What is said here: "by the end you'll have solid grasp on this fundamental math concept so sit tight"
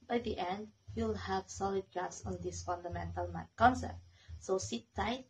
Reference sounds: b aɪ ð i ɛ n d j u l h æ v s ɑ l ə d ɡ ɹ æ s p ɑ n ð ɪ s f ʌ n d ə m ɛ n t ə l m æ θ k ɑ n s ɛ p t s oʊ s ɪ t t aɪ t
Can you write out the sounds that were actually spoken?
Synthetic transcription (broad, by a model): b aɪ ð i ɛ n d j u l h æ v s ɑ l ə d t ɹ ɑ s ɑ n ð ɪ s f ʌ n d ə m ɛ n t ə l m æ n k ɑ n s ɛ p t s oʊ s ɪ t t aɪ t